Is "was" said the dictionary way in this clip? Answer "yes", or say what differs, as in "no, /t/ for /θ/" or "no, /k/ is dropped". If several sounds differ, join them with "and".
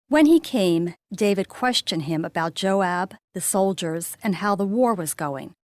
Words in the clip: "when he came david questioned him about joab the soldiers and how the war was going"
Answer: yes